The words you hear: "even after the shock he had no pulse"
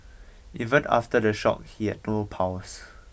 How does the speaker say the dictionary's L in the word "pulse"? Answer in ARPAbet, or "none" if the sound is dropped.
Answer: W